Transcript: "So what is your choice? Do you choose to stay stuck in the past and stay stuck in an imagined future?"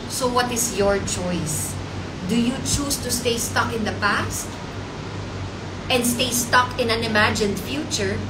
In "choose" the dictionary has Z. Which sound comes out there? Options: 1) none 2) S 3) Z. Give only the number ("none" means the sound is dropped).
2